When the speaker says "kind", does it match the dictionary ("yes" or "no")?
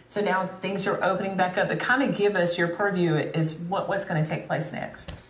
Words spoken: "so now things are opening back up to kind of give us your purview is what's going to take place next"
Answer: yes